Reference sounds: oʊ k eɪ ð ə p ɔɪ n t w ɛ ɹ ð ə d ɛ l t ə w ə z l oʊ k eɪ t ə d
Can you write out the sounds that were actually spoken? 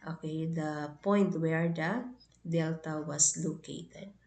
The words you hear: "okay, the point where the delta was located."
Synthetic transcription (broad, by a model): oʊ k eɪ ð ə p ɔɪ n t w ɛ ɹ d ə d ɛ l t ə w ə s l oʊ k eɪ t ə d